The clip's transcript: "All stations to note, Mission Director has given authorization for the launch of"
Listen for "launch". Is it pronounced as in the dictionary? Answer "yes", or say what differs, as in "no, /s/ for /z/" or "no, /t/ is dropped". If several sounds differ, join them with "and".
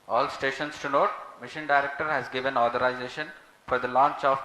yes